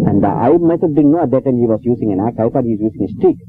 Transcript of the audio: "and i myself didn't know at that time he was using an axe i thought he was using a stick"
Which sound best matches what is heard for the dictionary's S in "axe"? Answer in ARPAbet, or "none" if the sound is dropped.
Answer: none